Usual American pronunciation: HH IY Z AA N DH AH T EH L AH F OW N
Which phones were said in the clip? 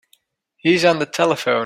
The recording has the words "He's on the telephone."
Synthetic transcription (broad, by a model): HH IY Z N DH AH T EH L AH F OW